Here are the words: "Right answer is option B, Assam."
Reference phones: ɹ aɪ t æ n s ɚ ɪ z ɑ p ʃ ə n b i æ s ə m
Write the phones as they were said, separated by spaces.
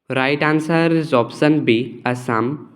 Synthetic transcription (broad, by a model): ɹ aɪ t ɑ n s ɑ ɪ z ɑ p s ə n b i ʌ s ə m